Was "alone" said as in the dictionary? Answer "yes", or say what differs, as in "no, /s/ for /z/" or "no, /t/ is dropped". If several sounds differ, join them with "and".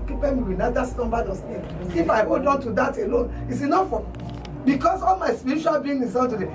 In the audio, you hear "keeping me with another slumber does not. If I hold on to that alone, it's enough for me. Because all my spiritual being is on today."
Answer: yes